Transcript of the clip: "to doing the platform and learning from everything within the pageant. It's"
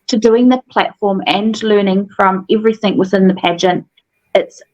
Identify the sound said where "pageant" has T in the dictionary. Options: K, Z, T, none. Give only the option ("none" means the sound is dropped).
T